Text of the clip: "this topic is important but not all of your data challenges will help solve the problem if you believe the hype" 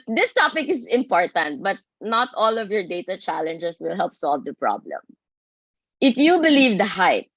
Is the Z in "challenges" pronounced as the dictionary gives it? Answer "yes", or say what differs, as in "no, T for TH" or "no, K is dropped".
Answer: no, S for Z